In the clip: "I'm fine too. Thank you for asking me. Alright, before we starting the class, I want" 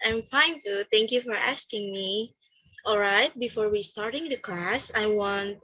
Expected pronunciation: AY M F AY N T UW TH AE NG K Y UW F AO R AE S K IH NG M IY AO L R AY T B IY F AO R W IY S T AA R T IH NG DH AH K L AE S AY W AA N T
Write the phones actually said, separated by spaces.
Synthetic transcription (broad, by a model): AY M F AY N T UW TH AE NG K Y UW F AO R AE S K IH NG M IY AO L R AY T B IY F AO R W IY S T AA R T IH NG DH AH K L AE S AY W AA N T